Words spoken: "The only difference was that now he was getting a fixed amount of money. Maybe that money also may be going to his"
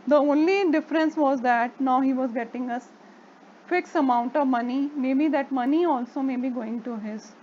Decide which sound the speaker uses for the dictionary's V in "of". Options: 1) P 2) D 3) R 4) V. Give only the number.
4